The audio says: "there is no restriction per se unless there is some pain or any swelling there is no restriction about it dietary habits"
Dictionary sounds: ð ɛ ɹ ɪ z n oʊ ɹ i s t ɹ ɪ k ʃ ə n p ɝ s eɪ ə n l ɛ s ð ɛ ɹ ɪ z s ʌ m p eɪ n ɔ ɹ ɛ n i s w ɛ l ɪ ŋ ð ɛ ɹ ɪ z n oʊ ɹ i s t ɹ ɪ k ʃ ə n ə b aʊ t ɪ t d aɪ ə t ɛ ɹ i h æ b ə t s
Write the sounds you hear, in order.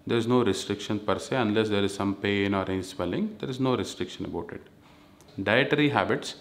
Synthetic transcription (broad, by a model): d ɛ ɹ ɪ z n oʊ ɹ i s t ɹ ɪ k ʃ ə n p ɝ s eɪ ə n l ɛ s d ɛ ɹ ɪ z s ʌ m p eɪ n ɔ ɹ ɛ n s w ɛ l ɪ ŋ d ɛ ɹ ɪ z n oʊ ɹ i s t ɹ ɪ k ʃ ə n ə b aʊ t ɪ t d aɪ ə t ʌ ɹ i h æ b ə t s